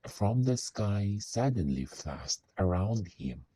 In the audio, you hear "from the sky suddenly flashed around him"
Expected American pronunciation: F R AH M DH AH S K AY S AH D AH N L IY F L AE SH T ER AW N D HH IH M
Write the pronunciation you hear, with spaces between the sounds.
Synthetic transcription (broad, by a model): F R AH M DH AH S K AY S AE D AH N L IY F AE S T ER AW N D HH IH M